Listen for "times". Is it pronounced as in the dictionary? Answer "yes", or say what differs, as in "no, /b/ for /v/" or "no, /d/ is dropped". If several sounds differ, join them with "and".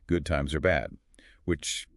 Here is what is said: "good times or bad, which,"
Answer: yes